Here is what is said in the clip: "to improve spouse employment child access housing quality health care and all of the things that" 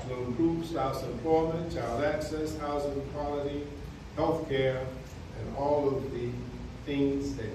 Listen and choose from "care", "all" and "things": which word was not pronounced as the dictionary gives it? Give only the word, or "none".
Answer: none